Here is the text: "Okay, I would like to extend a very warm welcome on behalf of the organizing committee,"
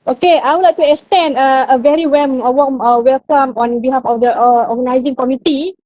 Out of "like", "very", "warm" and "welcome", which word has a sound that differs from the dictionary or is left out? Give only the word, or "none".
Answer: warm